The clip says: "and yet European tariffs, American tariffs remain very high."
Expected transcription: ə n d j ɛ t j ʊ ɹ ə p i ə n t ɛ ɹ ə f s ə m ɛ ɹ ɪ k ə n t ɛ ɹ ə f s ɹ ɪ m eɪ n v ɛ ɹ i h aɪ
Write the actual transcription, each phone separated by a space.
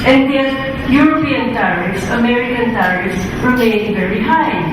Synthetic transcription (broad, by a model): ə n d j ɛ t j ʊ ɹ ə p i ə n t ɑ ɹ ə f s ə m ɛ ɹ ɪ k ə n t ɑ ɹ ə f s w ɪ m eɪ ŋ v ɛ ɹ i h aɪ